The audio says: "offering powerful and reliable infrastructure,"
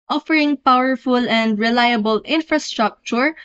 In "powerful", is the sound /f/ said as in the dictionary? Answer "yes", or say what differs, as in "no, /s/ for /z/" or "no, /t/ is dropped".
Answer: yes